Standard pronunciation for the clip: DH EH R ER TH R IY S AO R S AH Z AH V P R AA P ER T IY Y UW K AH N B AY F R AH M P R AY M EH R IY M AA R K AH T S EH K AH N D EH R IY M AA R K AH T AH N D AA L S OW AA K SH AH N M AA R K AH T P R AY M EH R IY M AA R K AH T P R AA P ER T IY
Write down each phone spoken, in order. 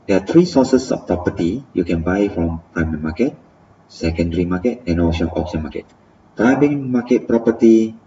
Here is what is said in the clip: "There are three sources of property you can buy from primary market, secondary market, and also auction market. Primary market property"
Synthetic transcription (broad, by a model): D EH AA T R IY S AO S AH S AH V P R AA P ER T IY Y UW K AH N B AY F R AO M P R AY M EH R M AA K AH T S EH K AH N D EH R IY M AA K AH T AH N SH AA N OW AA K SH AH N M AA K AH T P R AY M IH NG M AA K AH T P R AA P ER T IY